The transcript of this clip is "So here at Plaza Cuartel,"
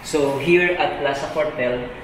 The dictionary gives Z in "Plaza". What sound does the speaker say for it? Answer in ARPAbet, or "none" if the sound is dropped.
S